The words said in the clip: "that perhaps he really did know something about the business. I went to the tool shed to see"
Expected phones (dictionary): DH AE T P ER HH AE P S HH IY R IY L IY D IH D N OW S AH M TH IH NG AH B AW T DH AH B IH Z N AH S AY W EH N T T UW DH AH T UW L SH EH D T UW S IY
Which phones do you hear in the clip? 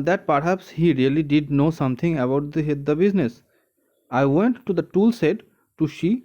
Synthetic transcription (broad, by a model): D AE T P ER HH AE P S HH IY R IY L IY D IH D N OW S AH M T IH NG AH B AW T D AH B IH Z N AH S AY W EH N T T UW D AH T UW L S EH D T UW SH IY